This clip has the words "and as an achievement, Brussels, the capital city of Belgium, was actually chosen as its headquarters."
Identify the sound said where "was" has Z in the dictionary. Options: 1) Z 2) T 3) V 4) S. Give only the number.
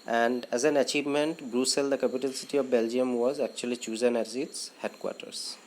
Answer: 1